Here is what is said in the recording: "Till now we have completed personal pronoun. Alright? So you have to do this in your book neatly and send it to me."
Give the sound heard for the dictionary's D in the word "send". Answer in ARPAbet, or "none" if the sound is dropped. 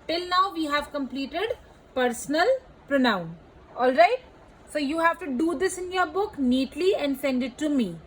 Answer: D